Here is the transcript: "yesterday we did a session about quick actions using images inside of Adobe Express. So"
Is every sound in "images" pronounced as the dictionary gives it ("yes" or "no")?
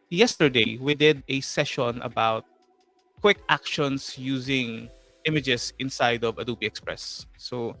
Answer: no